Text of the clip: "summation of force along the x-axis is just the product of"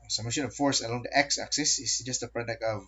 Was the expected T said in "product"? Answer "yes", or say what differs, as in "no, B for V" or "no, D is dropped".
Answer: no, T is dropped